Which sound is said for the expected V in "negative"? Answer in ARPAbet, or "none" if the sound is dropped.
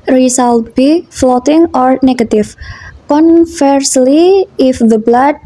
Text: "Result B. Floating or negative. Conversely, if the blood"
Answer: F